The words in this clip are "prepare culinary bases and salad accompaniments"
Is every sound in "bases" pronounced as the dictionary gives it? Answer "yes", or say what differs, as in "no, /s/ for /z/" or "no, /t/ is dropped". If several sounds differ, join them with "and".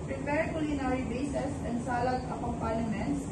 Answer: no, /s/ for /z/